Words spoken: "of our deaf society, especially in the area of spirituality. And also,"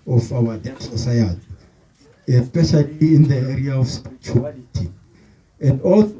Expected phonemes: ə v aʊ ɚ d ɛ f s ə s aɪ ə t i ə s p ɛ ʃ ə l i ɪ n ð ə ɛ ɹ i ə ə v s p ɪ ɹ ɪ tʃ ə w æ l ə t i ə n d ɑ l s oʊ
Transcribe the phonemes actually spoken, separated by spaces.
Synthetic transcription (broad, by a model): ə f aʊ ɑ d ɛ s ə s aɪ ə t i ə s p ɛ ʃ ə l i ɪ n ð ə ɛ ɹ i ə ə f s p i ɹ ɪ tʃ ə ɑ l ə t i ə n d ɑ l